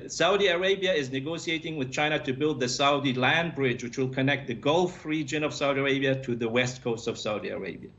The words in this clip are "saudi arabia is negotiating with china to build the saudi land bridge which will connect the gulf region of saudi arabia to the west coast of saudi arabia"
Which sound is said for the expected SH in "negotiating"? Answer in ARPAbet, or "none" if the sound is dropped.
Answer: S